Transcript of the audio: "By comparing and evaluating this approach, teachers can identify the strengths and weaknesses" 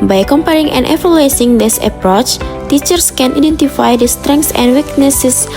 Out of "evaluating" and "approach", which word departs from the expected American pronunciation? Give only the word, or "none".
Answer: evaluating